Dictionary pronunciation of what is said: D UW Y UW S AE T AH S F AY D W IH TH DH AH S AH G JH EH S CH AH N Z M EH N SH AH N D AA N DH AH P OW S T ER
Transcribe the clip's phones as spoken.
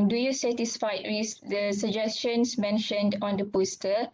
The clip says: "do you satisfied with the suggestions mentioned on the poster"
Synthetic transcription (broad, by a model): D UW Y UW S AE T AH S F AY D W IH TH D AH S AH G JH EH S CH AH N S M EH N SH AH N D AA N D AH P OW S T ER